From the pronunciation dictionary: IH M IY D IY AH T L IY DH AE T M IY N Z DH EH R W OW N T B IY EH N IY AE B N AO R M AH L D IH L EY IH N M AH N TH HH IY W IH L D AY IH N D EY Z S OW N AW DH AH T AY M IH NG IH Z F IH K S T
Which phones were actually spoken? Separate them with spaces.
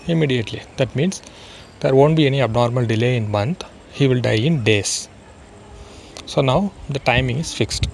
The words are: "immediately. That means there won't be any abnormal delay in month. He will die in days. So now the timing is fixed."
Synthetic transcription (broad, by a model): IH M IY D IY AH T L IY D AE T M IY N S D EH R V OW N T B IY EH N IY AE B N AO R M AH L D IH L EY IH N M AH N T HH IY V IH L D AY IH N D EY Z S OW N AW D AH T AY M IH NG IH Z F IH K S T